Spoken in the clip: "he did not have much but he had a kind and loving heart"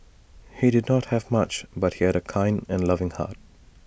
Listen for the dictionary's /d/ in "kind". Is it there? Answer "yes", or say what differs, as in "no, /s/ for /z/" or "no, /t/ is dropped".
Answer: yes